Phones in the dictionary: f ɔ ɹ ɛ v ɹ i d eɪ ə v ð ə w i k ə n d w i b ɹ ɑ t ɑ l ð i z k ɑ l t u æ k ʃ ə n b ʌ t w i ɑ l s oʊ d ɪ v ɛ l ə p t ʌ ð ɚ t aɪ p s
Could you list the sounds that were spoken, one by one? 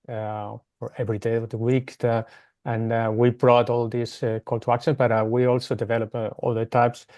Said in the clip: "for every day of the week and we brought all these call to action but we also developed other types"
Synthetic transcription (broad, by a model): f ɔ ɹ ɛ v ɹ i d eɪ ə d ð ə w i k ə n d w i b ɹ ɑ t ɑ l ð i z k ɑ l t u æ k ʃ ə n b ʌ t w i ɑ l s oʊ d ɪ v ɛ l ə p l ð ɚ t aɪ p s